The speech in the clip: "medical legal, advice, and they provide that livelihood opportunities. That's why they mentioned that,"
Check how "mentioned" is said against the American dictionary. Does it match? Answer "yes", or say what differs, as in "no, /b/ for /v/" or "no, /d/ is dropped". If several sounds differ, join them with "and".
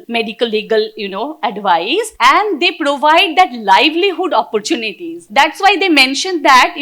yes